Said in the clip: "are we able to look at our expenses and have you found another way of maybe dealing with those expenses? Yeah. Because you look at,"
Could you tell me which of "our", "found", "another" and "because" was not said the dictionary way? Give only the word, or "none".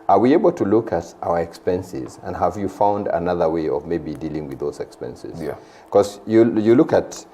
because